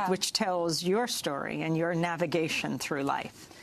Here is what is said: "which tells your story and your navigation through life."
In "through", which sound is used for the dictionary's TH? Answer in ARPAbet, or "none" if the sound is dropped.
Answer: TH